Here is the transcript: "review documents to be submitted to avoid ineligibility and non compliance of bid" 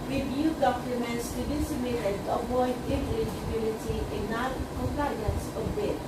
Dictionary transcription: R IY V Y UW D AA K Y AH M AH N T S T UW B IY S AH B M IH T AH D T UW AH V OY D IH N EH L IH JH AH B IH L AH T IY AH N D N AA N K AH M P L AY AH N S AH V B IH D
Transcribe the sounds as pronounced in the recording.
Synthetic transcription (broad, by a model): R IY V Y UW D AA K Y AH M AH N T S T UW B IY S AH M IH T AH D T UW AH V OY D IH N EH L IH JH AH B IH L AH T IY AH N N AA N K AH M P L AY AH N S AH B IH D